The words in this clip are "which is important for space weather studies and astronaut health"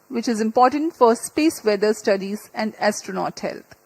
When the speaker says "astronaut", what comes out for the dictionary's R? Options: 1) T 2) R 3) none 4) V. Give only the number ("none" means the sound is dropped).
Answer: 2